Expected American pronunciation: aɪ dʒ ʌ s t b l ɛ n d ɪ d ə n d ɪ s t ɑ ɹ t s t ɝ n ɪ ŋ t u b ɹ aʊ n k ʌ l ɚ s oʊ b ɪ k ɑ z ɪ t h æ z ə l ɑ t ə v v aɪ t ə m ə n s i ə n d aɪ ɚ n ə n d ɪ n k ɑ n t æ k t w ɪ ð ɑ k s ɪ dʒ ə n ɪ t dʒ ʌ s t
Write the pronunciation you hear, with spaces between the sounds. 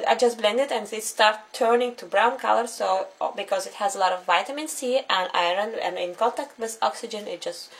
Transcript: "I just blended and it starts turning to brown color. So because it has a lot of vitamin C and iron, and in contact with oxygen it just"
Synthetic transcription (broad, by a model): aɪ dʒ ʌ s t b l ɛ n d ɪ d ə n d ɪ s t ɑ ɹ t t ɝ n ɪ ŋ t u b ɹ aʊ n k ʌ l ɚ s oʊ b ɪ k ɑ z ɪ t h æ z ə l ɑ t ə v v aɪ t ə m ə n s i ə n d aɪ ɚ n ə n ɪ n k ɑ n t æ k t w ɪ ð ɑ k s ɪ dʒ ə n ɪ t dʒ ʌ s t